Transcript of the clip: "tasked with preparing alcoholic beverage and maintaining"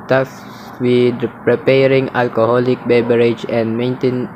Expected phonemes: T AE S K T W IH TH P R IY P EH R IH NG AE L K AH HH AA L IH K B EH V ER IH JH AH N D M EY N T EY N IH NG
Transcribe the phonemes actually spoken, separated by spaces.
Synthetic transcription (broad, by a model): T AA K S W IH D P R IY P EH R IH NG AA L K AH HH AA L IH K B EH B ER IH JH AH N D M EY N T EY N